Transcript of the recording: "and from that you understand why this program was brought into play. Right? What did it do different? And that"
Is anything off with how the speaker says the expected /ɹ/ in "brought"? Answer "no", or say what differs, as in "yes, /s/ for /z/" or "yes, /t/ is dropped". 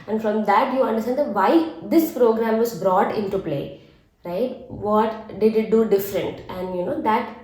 no